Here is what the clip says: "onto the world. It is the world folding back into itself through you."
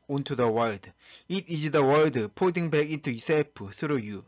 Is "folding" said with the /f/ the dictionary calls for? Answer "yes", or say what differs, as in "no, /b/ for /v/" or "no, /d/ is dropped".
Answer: no, /p/ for /f/